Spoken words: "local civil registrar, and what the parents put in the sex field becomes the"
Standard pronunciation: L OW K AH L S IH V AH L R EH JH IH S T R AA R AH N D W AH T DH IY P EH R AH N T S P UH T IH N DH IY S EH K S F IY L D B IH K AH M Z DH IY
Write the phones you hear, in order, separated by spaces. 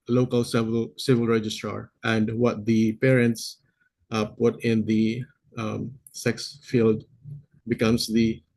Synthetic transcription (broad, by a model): L OW K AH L S IH V AH L R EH JH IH S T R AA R AH N D W AH T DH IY P EH R AH N T S P UH T IH N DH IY S EH K S F IY L D B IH K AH M S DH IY